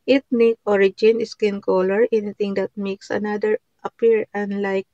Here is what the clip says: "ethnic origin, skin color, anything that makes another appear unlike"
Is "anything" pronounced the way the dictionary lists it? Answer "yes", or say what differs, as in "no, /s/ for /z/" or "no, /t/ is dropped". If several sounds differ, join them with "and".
no, /t/ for /θ/